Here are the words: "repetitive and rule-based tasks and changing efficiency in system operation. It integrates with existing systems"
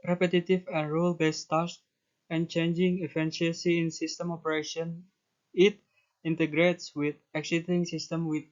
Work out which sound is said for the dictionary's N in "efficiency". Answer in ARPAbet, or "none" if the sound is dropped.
none